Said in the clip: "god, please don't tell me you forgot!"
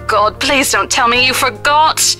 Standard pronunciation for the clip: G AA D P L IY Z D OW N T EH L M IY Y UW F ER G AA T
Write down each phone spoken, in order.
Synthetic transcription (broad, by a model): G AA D P L IY Z D OW N T EH L M IY Y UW F ER G AA T